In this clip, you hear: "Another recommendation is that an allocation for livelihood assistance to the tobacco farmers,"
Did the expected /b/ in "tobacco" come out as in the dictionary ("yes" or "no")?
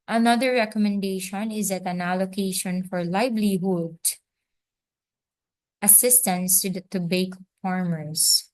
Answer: no